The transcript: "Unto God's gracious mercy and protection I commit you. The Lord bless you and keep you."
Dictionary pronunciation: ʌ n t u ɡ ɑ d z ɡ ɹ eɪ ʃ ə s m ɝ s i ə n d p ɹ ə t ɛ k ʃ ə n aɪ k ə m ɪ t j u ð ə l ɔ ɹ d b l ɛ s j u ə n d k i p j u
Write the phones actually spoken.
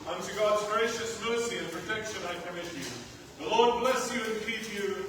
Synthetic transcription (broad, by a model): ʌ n t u ɡ ɑ d z ɡ ɹ eɪ ʃ ə s m ɝ s i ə n p ɹ ə t ɛ k ʃ ə n aɪ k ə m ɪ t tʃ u ð ə l ɔ ɹ d b l ɛ s j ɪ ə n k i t j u